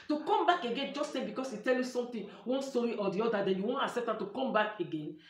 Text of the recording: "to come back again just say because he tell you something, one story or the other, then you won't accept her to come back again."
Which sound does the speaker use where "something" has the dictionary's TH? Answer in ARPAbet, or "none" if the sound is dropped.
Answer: T